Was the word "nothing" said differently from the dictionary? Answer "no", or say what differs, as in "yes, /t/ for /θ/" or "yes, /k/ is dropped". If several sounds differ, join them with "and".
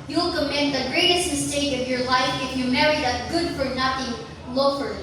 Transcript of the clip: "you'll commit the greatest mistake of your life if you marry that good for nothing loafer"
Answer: yes, /t/ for /θ/